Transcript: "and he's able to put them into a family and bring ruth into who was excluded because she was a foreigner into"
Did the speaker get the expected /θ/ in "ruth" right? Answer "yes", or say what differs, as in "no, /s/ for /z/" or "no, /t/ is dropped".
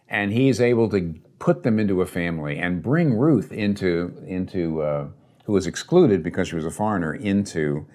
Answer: yes